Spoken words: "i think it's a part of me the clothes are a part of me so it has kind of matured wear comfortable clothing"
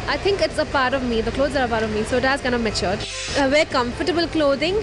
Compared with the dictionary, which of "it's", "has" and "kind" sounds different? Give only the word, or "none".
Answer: kind